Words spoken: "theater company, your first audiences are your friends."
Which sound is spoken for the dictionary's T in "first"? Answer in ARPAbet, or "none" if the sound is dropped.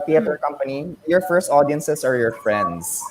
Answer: T